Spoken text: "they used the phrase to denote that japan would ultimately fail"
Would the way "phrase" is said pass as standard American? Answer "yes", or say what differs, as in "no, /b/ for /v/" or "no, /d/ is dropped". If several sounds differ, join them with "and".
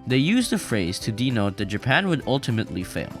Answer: yes